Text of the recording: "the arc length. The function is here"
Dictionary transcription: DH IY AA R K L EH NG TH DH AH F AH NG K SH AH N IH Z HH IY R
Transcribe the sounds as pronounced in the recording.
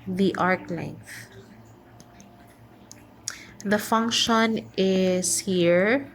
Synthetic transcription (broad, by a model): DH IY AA R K L EH NG TH DH AH F AH NG K SH AH N IH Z HH IY R